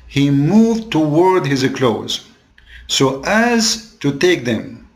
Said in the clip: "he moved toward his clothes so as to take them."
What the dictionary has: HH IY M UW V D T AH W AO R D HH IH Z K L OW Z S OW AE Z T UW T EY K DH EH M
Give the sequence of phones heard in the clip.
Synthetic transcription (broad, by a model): HH IY M UW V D T AH W AO R D HH IH Z K L OW Z S OW AE Z T UW T EY K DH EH M